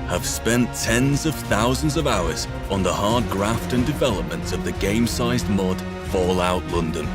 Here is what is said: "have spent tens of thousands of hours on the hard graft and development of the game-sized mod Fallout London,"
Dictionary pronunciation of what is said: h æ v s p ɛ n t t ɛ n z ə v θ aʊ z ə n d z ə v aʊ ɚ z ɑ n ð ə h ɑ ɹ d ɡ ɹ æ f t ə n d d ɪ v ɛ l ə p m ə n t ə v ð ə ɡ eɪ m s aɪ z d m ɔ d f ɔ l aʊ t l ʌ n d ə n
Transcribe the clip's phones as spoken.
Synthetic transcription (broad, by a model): h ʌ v s p ɛ n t t ɛ n z ə v θ aʊ z ə n d z ə v aʊ ɚ z n ð ə h ɑ ɹ d ɡ ɹ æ f t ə n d d ɪ v ɛ l ə p m ə n t ə v ð ə ɡ eɪ m s aɪ z d m ɔ d f ɔ l aʊ t l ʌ n d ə n